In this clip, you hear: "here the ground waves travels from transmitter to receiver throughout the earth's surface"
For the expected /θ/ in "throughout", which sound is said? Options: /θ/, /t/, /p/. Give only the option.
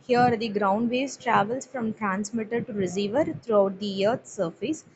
/t/